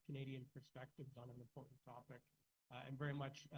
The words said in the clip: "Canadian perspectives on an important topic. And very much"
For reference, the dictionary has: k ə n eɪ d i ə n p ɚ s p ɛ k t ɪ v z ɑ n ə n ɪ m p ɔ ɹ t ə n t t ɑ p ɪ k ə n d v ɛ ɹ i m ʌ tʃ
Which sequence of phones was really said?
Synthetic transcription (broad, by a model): k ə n eɪ d i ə n p ɚ s p ɛ k t ɪ v z n ə n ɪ m p ɔ ɹ t n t t ɑ p ɪ k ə n v ɛ ɹ i m ʌ tʃ